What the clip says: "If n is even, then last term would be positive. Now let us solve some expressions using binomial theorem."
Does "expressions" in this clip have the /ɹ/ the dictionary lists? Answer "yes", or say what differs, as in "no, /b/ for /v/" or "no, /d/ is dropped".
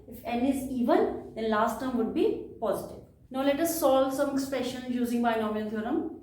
yes